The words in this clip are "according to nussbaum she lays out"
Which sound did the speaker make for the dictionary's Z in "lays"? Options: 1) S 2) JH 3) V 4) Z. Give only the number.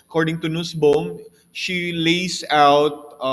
1